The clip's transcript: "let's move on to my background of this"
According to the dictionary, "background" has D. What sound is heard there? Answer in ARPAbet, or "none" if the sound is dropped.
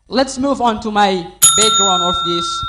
none